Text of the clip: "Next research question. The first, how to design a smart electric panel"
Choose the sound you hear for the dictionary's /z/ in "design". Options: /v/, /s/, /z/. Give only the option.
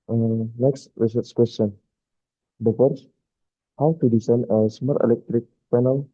/s/